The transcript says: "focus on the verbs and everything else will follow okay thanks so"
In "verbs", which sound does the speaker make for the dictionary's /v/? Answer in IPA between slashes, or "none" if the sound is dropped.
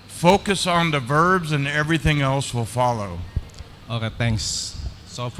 /v/